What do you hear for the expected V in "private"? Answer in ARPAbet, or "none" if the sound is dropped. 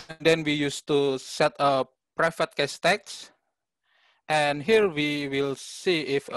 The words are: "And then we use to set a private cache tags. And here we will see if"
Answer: F